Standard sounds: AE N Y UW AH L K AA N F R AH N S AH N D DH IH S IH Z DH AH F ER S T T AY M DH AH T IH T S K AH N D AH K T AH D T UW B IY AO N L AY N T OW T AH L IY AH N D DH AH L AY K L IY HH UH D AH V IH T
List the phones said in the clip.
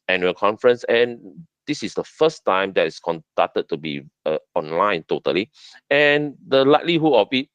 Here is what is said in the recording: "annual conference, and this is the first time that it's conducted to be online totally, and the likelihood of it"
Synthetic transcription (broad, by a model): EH N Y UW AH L K AA N F R AH N S AH N D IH S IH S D AH F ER S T T AY M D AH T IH S K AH N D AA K T AH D T UW B IY AO N L AY N T OW T AH L IY AH N D AH L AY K L IY HH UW AH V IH T